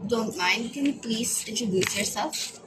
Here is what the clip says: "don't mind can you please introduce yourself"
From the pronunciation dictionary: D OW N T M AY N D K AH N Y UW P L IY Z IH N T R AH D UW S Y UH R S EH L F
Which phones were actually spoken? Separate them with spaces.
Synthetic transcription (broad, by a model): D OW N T M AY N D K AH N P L IY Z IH T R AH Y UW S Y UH R S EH L F